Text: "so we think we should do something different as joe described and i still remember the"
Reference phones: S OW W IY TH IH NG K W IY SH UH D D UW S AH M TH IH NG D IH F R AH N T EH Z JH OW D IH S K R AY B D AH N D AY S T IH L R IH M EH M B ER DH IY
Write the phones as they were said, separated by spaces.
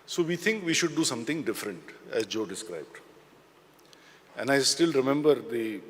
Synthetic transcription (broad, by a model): S OW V IY T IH NG K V IY SH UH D D UW S AH M T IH NG D IH F R AH N T EH Z JH OW D IH S K R AY B D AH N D AY S T IH L R IH M EH M B ER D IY